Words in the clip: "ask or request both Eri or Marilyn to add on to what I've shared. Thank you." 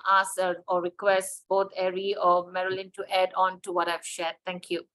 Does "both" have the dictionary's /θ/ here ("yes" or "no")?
no